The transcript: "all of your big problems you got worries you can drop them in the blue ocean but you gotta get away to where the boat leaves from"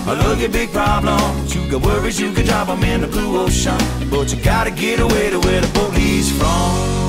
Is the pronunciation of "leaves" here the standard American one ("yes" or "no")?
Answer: no